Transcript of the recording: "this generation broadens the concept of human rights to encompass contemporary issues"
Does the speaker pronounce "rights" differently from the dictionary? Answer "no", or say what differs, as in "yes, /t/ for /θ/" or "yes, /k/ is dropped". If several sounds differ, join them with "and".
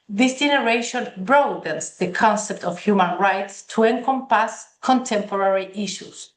no